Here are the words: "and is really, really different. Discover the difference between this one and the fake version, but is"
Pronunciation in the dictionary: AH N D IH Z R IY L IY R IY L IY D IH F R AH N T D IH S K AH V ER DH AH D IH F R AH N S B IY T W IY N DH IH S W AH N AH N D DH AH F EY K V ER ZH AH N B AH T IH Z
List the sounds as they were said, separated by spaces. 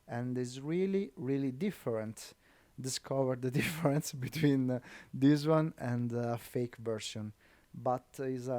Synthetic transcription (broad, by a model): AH N D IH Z R IY L IY R IY L IY D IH F R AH N T D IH S K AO V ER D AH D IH F R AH N S B IY T W IY N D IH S W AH N AH N D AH F EY K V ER S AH N B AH T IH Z